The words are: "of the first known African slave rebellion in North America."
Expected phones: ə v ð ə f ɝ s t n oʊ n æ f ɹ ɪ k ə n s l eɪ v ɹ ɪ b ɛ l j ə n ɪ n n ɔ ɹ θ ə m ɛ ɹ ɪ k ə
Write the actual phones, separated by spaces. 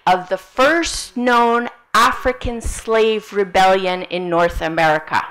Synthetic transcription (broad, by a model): ə v ð ə f ɝ s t n oʊ n æ f ɹ ɪ k ə n s l eɪ v ɹ ɪ b ɛ l j ə n ɪ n n ɔ ɹ θ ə m ɛ ɹ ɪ k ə